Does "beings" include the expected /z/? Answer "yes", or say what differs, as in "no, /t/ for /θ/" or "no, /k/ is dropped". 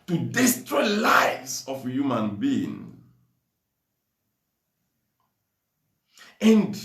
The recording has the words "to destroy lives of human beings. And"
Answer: no, /z/ is dropped